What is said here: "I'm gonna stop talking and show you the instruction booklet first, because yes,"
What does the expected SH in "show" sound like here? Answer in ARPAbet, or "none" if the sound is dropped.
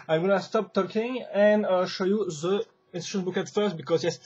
SH